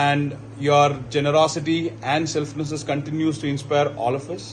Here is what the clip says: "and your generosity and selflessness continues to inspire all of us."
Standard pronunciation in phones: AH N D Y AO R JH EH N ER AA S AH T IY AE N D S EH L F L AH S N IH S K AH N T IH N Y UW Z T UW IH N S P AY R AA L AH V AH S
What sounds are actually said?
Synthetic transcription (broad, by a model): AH N D Y AO R JH EH N ER AA S AH T IY AE N D S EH L F N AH S IH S K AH N T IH N Y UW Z T UW IH N S P AY R AA L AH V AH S